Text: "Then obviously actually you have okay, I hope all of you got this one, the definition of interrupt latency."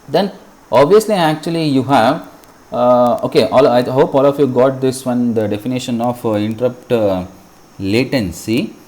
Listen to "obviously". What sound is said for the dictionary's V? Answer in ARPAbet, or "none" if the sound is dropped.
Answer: V